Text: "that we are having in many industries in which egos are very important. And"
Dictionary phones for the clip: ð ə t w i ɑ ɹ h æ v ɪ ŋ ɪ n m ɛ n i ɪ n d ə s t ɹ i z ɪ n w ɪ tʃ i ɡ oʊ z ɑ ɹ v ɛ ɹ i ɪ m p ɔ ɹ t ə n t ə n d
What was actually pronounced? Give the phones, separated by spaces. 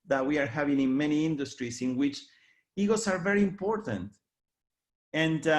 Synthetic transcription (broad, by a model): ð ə t w i ɑ ɹ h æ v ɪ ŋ ɪ n m ɛ n i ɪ n d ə s t ɹ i s ɪ n w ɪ tʃ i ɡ oʊ s ɑ ɹ v ɛ ɹ i ɪ m p ɔ ɹ t ə n t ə n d